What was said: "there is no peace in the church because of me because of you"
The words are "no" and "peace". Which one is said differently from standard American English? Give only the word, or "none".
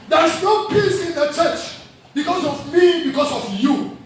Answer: none